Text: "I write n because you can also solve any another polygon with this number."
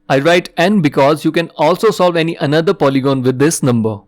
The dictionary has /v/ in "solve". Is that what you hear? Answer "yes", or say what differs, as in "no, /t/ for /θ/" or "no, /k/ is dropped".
yes